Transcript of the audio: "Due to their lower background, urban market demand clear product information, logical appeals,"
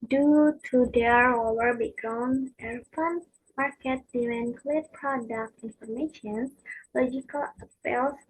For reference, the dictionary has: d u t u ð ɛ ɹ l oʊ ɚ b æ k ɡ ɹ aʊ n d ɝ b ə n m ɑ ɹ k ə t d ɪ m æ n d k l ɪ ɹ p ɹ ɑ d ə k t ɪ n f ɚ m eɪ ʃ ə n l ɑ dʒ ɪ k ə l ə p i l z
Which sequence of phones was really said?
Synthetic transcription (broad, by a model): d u t u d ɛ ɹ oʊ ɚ b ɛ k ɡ ɹ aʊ n ɝ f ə n m ɑ ɹ k ə t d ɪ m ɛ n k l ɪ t p ɹ ɑ d ə k t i n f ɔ m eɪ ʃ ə n l ɑ dʒ ɪ k ə l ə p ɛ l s